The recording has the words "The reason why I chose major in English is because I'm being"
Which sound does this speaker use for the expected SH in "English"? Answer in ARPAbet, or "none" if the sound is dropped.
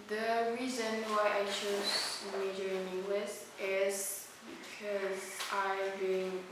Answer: S